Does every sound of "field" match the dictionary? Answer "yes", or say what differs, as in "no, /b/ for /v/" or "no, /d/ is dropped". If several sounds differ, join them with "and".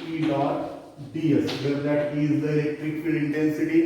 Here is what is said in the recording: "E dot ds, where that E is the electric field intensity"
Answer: no, /d/ is dropped